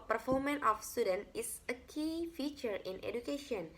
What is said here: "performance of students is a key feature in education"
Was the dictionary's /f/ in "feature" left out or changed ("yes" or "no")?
no